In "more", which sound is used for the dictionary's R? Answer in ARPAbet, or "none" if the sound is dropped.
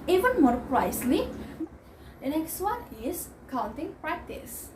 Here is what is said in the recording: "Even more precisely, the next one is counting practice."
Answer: R